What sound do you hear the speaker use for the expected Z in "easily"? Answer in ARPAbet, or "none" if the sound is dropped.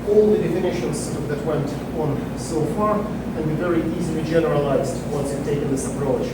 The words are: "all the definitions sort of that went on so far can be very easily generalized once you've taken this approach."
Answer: Z